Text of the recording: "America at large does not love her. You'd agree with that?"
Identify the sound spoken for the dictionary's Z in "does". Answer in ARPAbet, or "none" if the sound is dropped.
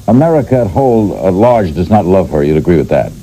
Z